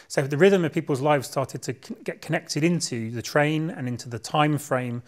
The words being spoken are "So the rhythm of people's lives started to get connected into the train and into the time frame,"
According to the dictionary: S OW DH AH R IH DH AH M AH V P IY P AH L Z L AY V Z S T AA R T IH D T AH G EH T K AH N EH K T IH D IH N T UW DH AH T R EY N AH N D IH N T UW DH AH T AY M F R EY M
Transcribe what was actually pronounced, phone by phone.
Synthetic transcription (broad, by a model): S OW DH AH R IH DH AH M AH V P IY P AH L Z L AY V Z S T AA T IH D T AH G EH T K AH N EH K T IH D IH N T UW DH AH T R EY N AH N IH N T UW DH AH T AY M F R EY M